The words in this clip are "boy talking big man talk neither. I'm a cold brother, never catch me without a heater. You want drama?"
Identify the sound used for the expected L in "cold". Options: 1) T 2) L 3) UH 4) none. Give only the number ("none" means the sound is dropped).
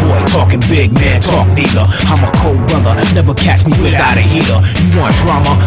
2